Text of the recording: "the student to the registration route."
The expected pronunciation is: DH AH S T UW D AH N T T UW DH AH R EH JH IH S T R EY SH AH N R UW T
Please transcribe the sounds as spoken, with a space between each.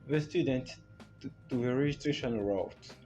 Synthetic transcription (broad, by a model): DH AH S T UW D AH N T T UW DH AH R EH JH IH S T R EY SH AH N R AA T